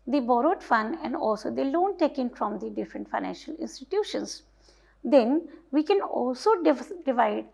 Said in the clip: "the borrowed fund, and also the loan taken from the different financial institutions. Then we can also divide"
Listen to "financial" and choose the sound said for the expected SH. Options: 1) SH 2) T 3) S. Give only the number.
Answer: 1